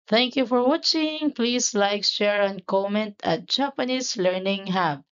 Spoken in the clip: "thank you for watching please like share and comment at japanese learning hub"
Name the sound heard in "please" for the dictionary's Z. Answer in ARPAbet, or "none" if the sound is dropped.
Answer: S